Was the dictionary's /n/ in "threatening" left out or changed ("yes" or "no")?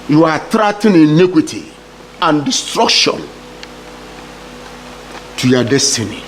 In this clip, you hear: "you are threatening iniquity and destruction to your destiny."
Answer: yes